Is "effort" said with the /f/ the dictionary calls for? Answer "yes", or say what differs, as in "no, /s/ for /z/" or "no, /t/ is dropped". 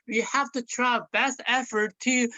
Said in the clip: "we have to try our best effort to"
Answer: yes